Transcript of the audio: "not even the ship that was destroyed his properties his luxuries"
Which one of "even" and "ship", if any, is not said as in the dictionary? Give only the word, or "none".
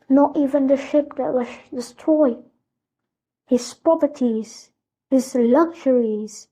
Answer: none